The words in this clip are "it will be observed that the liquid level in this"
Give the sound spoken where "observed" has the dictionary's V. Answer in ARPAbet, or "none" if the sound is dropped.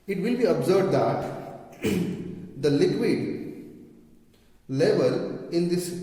B